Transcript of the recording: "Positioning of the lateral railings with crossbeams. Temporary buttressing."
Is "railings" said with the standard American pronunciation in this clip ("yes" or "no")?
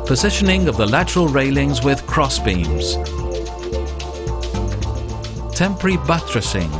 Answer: yes